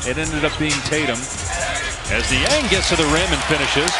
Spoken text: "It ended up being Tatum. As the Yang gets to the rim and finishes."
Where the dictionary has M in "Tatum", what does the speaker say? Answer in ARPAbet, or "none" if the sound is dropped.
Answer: M